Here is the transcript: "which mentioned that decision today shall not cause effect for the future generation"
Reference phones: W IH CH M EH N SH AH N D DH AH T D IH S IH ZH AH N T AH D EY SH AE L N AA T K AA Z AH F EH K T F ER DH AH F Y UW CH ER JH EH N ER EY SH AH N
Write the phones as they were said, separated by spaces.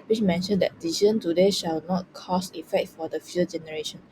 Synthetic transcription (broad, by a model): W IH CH M EH N SH AH N D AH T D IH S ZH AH N T AH D EY SH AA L N AA T K AA S AH F EH K T F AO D AH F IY ER JH EH N ER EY SH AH N